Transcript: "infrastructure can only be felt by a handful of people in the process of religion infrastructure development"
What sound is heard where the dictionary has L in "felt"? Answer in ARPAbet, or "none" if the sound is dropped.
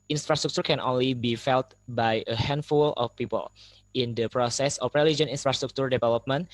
L